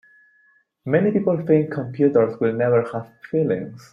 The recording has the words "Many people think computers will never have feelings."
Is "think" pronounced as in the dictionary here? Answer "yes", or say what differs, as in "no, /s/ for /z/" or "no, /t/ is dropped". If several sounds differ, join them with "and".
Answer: no, /f/ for /θ/